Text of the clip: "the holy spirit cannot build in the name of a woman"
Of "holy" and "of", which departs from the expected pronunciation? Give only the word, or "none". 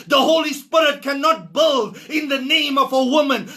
none